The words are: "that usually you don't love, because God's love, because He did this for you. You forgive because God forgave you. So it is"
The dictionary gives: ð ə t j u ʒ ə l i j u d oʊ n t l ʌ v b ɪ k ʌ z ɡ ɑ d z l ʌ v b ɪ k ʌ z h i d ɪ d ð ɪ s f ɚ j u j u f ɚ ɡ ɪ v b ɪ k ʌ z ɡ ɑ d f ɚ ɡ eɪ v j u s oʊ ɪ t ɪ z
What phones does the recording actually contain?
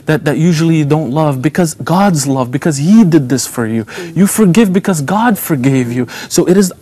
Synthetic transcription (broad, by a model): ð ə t j u ʒ l i j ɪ d oʊ n t l ʌ v b ɪ k ʌ z ɡ ɑ d z l ʌ v b ɪ k ʌ z h i d ɪ d ð ɪ s f ɚ j u j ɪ f ɚ ɡ ɪ v b ɪ k ʌ z ɡ ɑ d f ɚ ɡ eɪ v j u s oʊ ɪ t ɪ z